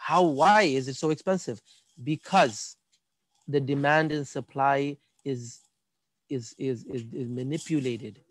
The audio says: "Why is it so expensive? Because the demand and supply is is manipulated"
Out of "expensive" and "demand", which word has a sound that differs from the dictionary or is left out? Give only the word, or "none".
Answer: none